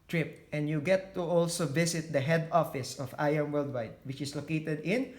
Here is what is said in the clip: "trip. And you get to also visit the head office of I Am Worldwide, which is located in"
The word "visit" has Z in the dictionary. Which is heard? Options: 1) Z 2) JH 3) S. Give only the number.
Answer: 3